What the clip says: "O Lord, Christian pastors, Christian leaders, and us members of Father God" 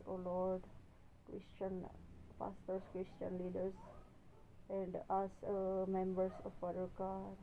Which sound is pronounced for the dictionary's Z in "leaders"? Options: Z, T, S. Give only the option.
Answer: S